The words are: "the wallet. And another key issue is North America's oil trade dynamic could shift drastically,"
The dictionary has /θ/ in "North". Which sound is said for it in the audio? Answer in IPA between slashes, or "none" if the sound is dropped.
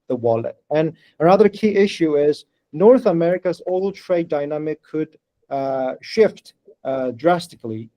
/θ/